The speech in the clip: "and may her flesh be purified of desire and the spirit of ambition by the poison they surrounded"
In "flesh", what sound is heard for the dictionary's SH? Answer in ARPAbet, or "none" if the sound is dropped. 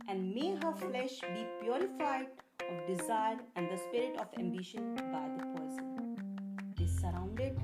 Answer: SH